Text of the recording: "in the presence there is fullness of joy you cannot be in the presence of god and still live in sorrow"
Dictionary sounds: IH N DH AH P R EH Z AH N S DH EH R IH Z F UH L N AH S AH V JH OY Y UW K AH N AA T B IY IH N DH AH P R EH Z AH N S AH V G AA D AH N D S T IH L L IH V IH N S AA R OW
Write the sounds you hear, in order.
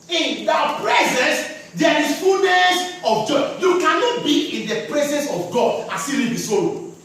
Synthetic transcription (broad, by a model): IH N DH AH P R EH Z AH N S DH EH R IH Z F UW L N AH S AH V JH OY Y UW K AH N AA T B IY IH N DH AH P R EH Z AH N S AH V G AA D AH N S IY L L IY B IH S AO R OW